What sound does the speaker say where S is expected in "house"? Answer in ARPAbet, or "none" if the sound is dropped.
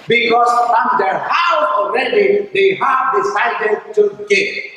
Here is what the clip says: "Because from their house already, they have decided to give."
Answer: none